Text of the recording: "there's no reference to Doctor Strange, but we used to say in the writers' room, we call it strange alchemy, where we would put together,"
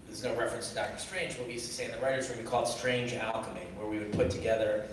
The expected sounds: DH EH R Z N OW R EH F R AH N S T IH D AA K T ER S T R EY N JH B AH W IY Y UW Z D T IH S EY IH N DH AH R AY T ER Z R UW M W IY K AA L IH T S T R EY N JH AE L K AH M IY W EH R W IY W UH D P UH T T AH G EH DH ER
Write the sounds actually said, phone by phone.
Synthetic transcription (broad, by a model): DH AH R Z N OW R EH F R AH N S T IH D AA K T ER S T R EY N JH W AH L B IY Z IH S EY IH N DH AH R AY T ER Z W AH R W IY K AA L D S T R EY N JH AE L K AH M IY W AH R W IY W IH D P UH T T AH G EH DH ER